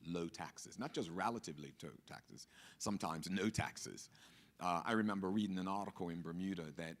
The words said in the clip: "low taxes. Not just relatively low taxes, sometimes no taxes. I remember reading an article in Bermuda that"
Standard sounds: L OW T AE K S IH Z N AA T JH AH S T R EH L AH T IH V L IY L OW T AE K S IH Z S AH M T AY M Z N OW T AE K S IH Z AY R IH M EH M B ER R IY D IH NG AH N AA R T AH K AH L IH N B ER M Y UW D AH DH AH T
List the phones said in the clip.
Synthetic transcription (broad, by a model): L OW T AE K S IH Z N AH T JH AH S T R EH L AH T IH V L IY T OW T AE K S IH Z S AH M T AY M Z N OW T AE K S IH Z AY R IH M EH M B ER R IY D IH NG AH N AA R T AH K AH L IH N B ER M Y UW D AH DH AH T